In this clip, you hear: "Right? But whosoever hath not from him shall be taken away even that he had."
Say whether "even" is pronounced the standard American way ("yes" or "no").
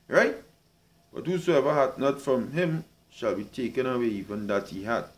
no